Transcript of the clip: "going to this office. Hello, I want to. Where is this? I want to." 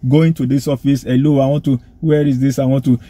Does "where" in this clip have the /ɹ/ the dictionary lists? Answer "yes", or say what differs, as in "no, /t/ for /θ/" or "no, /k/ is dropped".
yes